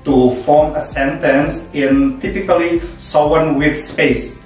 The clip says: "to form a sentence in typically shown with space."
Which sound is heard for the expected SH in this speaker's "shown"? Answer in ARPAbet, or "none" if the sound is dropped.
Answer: S